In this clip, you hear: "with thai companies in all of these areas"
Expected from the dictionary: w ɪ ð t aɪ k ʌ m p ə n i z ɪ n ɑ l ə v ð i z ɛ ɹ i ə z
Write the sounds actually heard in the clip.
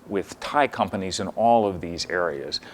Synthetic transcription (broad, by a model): w ɪ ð t aɪ k ʌ m p ə n i z ɪ n ɑ l ə v ð i z ɛ ɹ i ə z